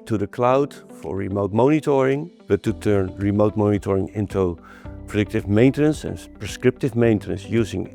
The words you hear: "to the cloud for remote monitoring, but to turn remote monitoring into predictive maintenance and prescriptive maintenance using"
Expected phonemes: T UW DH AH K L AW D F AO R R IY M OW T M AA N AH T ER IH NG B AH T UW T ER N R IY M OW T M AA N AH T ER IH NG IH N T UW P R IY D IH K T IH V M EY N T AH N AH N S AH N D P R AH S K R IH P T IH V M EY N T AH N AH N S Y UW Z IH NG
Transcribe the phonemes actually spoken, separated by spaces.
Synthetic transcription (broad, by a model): T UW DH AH K L AW D F AO R R IY M OW T M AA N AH T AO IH NG B AH T UW T ER N R IY M OW T M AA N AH T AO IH NG IH N T UW P R IY D IH K T IH V M EY N T AH N AH N S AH N P R AH S K R IH P T IH V M EY N T AH N AH N S Y UW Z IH NG